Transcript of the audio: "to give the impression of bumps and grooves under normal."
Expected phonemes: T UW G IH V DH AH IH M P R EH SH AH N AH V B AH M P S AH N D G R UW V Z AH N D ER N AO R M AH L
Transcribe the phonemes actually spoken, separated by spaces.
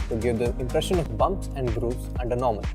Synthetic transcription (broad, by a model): T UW G IH V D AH IH M P R EH SH AH N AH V B AH M P S AH N D G R UW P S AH N D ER N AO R M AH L